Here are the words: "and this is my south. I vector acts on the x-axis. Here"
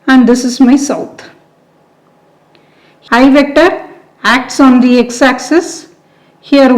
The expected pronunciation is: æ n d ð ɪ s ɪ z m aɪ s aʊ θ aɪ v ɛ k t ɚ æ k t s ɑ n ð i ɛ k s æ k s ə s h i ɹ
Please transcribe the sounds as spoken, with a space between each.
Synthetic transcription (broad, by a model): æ n d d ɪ s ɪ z m aɪ s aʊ t aɪ v ɛ k t ɚ æ k t s ɑ n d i ɛ k s æ k s ə s h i ɹ